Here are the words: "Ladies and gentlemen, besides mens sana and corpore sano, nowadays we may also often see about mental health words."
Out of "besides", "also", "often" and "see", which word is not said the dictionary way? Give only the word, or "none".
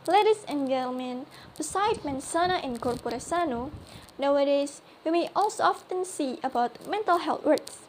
besides